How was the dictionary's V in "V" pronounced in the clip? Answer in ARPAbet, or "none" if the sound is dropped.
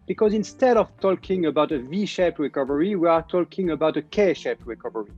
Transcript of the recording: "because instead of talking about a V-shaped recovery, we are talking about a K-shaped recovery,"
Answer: V